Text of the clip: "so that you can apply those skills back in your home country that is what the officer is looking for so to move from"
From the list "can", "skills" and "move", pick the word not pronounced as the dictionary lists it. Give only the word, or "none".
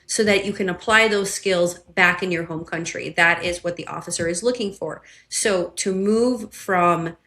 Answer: none